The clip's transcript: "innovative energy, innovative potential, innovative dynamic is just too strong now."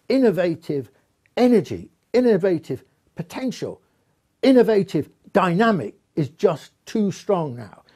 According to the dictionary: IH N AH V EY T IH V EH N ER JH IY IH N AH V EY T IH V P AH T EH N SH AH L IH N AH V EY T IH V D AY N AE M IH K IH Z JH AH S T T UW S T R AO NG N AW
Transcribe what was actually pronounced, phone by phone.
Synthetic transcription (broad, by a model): IH N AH V EY T IH V EH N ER JH IY IH N AH V EY T IH V P AH T EH N SH AH L IH N AH V EY T IH V D AY N AE M IH K IH Z JH AH S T T UW S T R AO NG N AW